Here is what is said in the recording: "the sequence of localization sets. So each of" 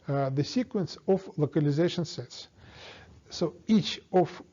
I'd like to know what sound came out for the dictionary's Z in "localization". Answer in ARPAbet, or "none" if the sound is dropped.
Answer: Z